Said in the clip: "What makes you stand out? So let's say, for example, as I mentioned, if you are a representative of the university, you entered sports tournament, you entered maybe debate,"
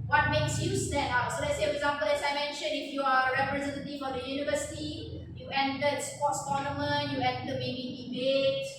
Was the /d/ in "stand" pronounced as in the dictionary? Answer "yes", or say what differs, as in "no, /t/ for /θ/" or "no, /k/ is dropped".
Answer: no, /d/ is dropped